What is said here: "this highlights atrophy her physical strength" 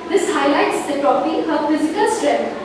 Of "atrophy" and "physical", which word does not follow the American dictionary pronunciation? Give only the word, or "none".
atrophy